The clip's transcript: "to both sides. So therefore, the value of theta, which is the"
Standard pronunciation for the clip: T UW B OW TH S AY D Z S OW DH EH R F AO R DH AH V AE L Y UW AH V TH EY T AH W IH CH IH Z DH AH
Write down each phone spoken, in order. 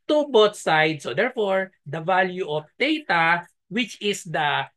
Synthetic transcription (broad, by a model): T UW B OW T S AY D S OW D EH R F AO R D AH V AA L Y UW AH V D EY T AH W IH CH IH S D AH